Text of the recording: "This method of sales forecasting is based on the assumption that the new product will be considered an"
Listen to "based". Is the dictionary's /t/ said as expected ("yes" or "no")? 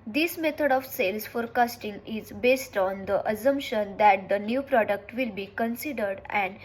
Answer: yes